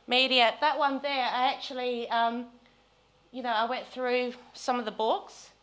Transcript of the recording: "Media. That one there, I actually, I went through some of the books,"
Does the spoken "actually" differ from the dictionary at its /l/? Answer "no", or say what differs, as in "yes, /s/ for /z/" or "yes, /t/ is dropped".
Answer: yes, /n/ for /l/